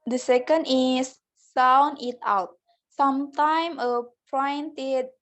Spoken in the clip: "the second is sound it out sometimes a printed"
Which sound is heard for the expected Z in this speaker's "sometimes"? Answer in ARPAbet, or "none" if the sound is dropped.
none